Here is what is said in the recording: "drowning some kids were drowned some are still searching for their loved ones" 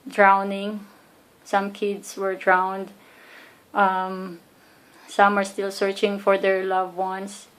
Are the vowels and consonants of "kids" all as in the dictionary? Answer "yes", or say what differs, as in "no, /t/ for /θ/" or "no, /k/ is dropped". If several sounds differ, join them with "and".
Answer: no, /s/ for /z/